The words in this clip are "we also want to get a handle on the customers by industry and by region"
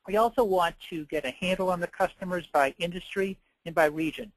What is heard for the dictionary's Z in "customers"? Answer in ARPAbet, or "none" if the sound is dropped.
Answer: Z